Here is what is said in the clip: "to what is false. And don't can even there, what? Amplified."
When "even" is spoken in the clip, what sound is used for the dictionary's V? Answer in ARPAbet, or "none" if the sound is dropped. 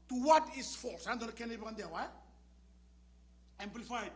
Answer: P